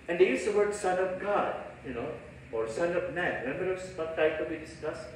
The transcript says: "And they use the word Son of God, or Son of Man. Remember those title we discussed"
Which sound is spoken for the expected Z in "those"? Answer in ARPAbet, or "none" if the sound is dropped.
none